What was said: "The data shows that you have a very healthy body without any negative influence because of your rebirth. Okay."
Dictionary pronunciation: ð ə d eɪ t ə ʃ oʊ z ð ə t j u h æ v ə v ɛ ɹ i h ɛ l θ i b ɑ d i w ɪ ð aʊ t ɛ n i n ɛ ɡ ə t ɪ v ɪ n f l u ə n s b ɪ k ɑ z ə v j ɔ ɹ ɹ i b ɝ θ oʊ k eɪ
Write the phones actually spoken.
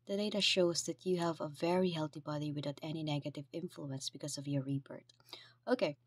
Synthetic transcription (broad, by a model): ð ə d eɪ t ə ʃ oʊ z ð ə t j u h æ v ə v ɛ ɹ i h ɛ l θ i b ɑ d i w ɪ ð aʊ t ɛ n i n ɛ ɡ ə t ɪ v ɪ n f l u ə n s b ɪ k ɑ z ə v j ɔ ɹ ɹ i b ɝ t oʊ k eɪ